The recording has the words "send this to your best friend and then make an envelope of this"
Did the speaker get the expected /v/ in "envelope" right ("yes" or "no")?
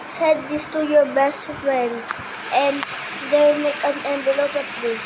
no